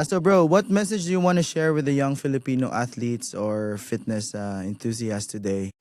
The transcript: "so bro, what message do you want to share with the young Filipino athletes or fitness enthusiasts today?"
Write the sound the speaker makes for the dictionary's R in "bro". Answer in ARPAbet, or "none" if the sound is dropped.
R